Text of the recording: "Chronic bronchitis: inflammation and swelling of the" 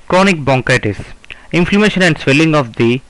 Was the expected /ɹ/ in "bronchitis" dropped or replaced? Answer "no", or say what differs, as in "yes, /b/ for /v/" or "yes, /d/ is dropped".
yes, /ɹ/ is dropped